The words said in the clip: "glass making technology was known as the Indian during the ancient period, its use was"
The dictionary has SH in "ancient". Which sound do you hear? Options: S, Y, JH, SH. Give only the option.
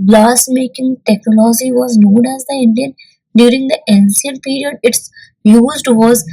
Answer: S